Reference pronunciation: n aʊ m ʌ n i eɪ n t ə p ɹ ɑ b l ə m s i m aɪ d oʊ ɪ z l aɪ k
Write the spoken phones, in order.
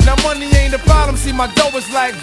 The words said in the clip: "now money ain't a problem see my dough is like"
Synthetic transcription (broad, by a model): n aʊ m ʌ n i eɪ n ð ə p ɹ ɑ l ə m s i m aɪ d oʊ ɪ z l aɪ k